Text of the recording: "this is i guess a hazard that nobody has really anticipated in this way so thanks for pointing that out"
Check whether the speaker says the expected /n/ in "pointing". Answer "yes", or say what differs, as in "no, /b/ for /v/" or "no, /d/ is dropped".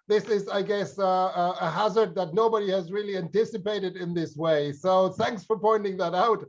yes